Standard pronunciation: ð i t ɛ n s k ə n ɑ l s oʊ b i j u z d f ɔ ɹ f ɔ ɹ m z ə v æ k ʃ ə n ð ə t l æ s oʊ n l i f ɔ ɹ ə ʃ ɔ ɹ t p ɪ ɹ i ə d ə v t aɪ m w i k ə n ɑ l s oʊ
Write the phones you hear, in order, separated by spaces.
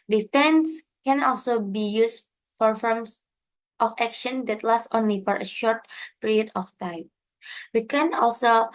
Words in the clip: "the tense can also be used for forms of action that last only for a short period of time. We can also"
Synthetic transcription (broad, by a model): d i t ɛ n s k ə n ɑ l s oʊ b i j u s f ɔ ɹ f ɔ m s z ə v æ k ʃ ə n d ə t l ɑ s oʊ n l i f ɔ ɹ ə ʃ ɔ ɹ t p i ɹ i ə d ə f t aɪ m w i k ə n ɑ l s oʊ